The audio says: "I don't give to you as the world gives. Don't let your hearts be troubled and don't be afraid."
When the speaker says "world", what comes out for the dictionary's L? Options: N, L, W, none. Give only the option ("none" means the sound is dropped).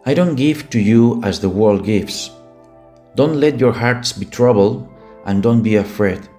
L